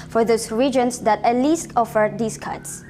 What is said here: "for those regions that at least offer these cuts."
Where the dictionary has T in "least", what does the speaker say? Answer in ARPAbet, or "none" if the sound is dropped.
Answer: T